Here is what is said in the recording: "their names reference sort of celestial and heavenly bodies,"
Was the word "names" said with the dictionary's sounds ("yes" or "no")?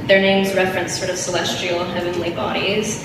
yes